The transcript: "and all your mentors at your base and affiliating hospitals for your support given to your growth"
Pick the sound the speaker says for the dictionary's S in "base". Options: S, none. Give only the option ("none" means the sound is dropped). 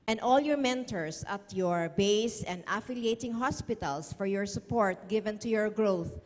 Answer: S